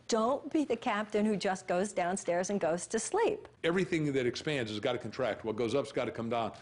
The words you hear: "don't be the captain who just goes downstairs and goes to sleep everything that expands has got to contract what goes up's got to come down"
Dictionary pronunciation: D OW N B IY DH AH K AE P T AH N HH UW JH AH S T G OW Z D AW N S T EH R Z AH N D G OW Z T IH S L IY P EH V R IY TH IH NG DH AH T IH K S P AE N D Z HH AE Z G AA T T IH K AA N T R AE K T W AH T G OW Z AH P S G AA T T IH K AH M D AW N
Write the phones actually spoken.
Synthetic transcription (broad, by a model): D OW N B IY DH AH K AE P T AH N HH UW JH AH S G OW Z D AW N S T EH R Z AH N G OW Z T IH S L IY P EH V R IY TH IH NG DH AH T IH K S P AE N D Z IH Z G AA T T IH K N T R AE K T W AH T G OW Z AH P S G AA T T IH K AH M D AW N